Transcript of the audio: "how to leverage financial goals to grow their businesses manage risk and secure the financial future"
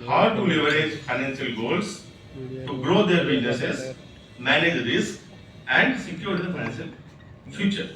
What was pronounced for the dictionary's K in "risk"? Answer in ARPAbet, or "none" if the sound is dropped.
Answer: none